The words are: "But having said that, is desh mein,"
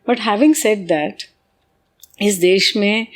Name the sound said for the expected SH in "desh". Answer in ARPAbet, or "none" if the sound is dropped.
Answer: SH